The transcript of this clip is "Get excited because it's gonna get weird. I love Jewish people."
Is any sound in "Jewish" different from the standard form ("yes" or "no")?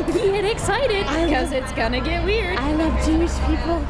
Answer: yes